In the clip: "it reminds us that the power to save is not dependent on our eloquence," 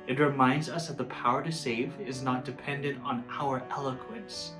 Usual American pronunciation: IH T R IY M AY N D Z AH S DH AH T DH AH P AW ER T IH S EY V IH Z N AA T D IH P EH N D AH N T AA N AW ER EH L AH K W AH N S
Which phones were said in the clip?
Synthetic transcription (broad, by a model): IH T R IY M AY N D Z AH S DH AH T DH AH P AW ER T IH S EY V IH Z N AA T D IH P EH N D AH N T N AW ER EH L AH K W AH N S